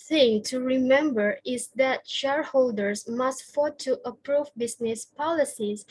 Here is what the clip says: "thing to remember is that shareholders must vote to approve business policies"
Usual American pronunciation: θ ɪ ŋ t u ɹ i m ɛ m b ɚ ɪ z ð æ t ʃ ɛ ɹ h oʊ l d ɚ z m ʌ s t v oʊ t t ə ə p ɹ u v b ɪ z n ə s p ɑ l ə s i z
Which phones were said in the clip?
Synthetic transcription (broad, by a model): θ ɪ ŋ t u ɹ i m ɛ m b ɚ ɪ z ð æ t ʃ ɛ ɹ h oʊ l d ɚ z m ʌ s t f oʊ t t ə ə p ɹ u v b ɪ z n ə s p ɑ l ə s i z